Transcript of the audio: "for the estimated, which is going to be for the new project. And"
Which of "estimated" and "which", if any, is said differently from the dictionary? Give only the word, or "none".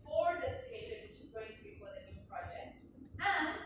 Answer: estimated